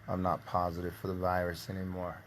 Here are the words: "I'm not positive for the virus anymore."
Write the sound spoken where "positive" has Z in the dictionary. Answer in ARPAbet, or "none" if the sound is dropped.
Z